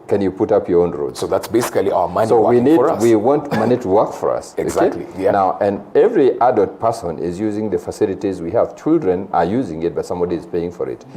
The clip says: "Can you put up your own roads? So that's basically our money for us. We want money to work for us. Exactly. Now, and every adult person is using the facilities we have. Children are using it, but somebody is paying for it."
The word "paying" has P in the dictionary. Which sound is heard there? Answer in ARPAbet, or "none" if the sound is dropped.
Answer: P